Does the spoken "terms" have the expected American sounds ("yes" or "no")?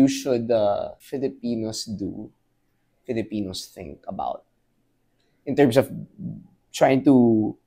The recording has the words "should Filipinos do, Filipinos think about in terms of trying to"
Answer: no